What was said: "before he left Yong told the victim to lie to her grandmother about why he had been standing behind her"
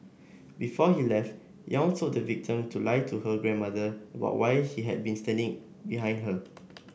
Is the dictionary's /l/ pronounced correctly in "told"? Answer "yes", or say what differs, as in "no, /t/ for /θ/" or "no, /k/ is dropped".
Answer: no, /l/ is dropped